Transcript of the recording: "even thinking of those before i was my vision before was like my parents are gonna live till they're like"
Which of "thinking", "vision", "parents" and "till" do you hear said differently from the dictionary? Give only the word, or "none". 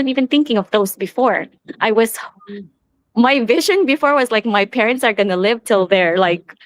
none